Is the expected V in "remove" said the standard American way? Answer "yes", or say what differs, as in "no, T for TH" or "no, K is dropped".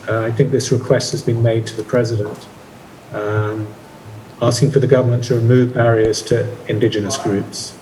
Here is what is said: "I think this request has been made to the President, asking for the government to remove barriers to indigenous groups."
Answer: yes